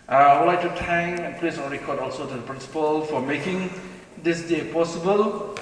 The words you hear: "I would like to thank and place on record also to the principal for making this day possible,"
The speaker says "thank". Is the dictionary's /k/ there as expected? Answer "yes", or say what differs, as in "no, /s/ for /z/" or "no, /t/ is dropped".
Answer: no, /k/ is dropped